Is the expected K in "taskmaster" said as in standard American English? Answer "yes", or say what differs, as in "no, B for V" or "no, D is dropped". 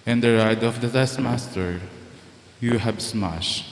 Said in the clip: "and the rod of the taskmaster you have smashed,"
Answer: no, K is dropped